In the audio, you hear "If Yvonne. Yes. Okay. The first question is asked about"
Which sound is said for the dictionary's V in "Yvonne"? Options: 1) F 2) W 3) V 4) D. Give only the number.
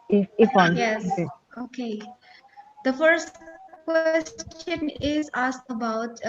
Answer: 1